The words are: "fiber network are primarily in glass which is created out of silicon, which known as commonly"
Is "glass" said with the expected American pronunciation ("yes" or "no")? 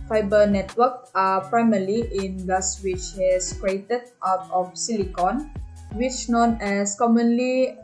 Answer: no